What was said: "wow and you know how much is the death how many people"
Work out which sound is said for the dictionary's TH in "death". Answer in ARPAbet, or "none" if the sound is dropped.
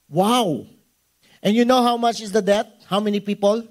T